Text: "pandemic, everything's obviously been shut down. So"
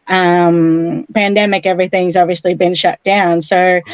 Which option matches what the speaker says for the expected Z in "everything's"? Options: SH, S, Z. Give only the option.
Z